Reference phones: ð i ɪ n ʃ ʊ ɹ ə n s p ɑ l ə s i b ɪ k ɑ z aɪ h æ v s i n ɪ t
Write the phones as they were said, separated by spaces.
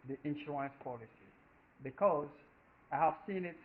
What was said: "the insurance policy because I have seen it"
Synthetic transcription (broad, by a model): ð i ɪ n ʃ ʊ ə n s p ɑ l ə s i b ɪ k ɑ z aɪ h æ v s i n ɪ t